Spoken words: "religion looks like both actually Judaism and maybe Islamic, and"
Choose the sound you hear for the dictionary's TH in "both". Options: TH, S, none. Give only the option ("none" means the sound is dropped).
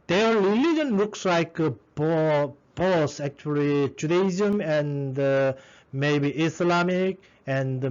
S